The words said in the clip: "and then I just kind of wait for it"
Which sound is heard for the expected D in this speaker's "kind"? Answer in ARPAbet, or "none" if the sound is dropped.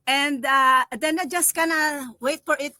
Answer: none